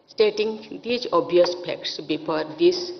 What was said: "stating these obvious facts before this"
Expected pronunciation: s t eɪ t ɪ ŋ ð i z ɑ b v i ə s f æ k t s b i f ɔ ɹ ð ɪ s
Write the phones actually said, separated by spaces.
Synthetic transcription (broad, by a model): s t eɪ t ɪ ŋ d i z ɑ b i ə s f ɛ k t s b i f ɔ ɹ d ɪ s